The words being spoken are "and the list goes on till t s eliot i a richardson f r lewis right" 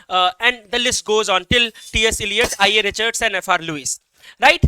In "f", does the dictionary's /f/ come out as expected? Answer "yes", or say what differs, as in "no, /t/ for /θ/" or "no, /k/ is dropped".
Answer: yes